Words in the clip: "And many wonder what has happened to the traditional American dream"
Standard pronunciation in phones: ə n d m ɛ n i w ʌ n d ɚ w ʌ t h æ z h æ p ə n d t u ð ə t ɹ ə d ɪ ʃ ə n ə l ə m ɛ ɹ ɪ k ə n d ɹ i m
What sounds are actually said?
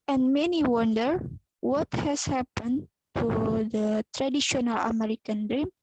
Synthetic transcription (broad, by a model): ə n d m ɛ n i w ʌ n d ɚ w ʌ t h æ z h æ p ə n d t u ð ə t ɹ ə d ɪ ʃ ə n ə l ə m ɛ ɹ ɪ k ə n d ɹ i m